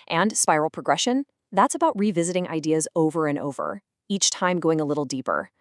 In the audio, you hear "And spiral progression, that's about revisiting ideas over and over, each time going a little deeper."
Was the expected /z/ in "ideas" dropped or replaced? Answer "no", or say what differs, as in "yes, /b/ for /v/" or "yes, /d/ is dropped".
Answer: no